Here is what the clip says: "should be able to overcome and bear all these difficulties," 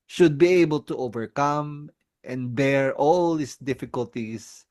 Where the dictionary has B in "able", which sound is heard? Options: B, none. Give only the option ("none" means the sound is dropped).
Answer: B